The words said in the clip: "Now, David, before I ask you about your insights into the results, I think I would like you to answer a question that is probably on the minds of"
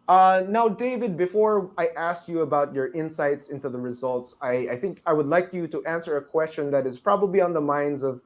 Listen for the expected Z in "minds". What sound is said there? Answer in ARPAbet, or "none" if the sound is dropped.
Z